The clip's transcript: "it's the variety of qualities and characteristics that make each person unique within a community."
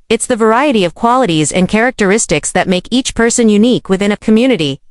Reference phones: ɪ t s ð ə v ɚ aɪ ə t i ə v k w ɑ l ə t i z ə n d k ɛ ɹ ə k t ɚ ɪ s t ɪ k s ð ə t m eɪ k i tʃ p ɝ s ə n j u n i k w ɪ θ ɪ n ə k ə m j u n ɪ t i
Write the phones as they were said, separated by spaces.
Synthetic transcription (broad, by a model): ɪ t s ð ə v ɚ aɪ ə t i ə v k w ɑ l ə t i z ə n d k ɛ ɹ ə k t ɚ ɪ s t ɪ k s ð ə t m eɪ k i tʃ p ɝ s ə n j u n i k w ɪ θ ɪ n ə k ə m j u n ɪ t i